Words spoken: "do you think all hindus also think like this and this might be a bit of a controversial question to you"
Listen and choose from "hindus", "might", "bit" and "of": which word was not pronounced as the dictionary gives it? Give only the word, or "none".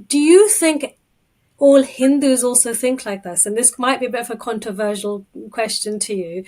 none